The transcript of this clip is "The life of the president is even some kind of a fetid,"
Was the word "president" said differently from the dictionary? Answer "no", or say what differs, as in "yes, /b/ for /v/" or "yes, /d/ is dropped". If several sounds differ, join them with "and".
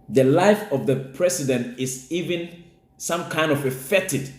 yes, /s/ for /z/